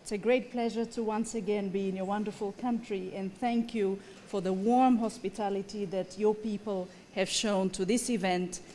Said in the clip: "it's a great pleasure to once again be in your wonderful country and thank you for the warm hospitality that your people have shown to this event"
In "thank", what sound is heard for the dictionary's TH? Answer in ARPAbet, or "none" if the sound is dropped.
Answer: TH